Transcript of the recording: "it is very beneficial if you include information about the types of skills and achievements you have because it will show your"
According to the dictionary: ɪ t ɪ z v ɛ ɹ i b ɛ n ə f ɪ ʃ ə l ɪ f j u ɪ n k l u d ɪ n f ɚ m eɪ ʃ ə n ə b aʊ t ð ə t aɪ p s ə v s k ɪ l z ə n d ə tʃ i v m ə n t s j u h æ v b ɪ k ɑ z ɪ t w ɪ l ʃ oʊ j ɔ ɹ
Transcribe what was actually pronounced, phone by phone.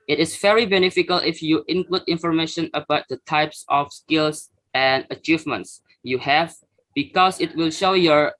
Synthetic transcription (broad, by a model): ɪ t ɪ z v ɛ ɹ i b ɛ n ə f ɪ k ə l ɪ f j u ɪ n k l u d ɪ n f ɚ m eɪ ʃ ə n ə b aʊ t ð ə t aɪ p s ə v s k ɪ l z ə n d ə tʃ i v m ə n t s j u h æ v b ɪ k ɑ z ɪ t w ɪ l ʃ oʊ j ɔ ɹ